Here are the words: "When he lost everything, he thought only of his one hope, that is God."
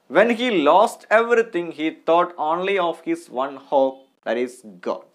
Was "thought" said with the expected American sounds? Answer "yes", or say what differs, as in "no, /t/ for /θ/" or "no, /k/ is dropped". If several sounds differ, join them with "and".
no, /t/ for /θ/